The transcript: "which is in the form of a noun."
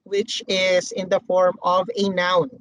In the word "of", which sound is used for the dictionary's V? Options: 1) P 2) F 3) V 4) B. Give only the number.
3